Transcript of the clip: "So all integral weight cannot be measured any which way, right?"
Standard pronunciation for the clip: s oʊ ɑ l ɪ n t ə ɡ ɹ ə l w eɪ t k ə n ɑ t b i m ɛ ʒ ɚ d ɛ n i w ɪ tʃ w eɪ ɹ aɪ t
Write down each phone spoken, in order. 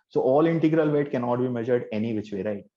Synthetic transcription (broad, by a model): s oʊ ɑ l ɪ n t ə ɡ ɹ ə l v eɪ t k ə n ɑ t b i m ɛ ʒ ɚ d ɛ n i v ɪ tʃ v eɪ ɹ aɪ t